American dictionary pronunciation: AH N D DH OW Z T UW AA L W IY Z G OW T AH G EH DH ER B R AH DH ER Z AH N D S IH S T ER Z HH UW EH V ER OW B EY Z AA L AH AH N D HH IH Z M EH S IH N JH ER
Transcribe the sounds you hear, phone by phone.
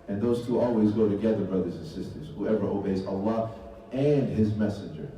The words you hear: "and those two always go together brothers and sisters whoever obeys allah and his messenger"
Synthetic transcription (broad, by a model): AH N DH OW Z T UW AA L W IY Z G OW T AH G EH DH ER B R AH DH ER Z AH N S IH S T ER Z HH UW EH V ER OW B EY Z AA L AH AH N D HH IH Z M EH S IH N JH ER